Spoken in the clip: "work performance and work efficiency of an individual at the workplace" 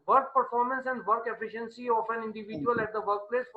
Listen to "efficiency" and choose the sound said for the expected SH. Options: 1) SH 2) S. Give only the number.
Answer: 1